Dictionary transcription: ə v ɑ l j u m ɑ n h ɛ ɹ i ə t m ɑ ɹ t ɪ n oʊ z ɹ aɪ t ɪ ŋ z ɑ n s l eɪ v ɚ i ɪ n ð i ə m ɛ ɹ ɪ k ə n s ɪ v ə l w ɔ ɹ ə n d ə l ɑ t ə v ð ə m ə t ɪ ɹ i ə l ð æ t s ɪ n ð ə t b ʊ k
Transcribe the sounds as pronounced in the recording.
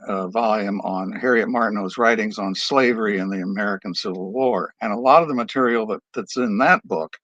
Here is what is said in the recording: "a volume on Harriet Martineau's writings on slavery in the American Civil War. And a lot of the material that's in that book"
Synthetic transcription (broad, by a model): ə v ɑ l j u m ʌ n h ɛ ɹ i ə t m ɑ ɹ t n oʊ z ɹ aɪ t ɪ ŋ z n s l eɪ v ɚ i ɪ n ð i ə m ɛ ɹ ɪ k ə n s ɪ v l w ɔ ɹ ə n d ə l ɑ t ə v ð ə m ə t ɪ ɹ i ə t ð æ t s ɪ n ð ə t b ʊ k